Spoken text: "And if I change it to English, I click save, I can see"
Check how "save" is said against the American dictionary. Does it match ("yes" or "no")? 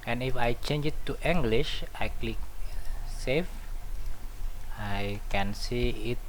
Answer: no